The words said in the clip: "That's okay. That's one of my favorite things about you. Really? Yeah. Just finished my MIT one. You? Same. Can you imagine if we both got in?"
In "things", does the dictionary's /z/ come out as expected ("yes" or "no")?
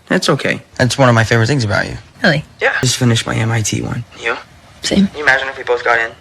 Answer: yes